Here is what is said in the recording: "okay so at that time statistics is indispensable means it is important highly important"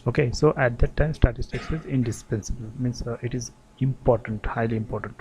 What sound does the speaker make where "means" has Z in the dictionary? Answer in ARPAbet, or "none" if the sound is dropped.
S